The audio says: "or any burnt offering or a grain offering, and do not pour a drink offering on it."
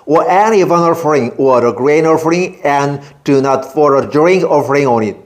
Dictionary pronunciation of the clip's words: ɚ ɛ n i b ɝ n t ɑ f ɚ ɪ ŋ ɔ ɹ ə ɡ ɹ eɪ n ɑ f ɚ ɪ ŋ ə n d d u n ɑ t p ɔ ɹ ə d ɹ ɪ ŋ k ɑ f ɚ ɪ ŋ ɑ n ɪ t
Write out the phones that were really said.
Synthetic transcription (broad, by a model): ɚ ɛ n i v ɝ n ɑ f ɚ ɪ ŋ ɔ ɹ ə ɡ ɹ eɪ n ɑ f ɚ ɪ ŋ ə n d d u n ɑ t f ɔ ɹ ə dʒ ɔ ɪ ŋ ɑ f ɚ ɪ ŋ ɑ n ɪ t